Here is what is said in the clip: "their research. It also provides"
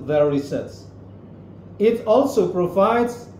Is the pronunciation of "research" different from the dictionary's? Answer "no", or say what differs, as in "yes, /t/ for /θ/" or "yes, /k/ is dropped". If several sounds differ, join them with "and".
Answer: yes, /s/ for /tʃ/